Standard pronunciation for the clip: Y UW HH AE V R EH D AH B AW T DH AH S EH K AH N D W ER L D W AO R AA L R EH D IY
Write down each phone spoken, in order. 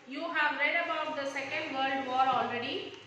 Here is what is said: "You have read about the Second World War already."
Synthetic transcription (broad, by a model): Y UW HH AE V R EH D AH B AW T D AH S EH K AH N D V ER L D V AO R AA L R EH D IY